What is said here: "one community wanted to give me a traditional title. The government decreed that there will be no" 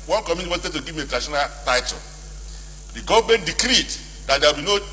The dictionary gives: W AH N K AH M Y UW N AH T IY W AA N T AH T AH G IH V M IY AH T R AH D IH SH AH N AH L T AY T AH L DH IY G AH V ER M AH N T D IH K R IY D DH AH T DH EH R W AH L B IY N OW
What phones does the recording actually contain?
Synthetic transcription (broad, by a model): W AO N K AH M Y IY AH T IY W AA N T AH T AH G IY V M IY AH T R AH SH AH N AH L T AY T AH L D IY G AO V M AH N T D IH K R IY D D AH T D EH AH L B IY N OW